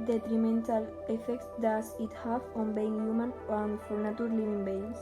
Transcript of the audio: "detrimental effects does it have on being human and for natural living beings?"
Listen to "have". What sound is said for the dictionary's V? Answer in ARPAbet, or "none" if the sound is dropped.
F